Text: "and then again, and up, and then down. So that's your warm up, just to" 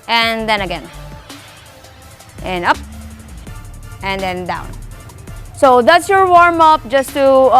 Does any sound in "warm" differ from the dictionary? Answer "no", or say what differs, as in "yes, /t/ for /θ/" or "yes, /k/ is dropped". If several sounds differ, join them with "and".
no